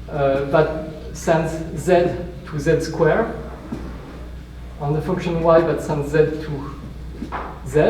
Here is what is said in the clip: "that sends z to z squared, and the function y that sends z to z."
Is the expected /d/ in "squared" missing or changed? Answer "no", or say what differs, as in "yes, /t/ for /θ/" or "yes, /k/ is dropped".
yes, /d/ is dropped